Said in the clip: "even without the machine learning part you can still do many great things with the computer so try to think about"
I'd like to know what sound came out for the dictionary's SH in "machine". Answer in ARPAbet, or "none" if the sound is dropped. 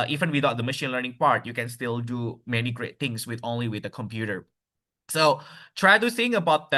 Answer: SH